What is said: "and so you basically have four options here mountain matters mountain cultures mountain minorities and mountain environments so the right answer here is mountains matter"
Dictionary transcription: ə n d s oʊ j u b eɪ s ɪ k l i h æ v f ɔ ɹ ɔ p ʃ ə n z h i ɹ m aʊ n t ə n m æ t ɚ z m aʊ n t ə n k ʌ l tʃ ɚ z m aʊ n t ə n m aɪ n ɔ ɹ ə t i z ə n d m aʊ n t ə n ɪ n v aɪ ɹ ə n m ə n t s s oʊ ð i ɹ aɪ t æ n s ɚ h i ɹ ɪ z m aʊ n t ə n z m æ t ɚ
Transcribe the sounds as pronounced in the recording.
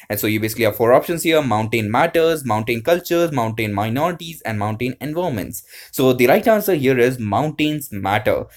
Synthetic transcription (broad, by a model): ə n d s oʊ j u b eɪ s ɪ k l i h æ v f ɔ ɹ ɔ p ʃ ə n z h i ɹ m aʊ n t ə n m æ t ɚ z m aʊ n t ə n k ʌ l tʃ ɚ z m aʊ n t ə n m aɪ n ɔ ɹ ə t i z ə n d m aʊ n t ə n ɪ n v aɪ ə m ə n t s s oʊ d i ɹ aɪ t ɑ n s ɚ h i ɹ ɪ z m aʊ n t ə n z m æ t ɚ